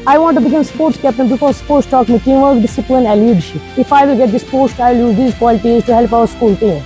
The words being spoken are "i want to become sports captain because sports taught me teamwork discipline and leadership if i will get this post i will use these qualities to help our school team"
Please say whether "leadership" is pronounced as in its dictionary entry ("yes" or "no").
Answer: no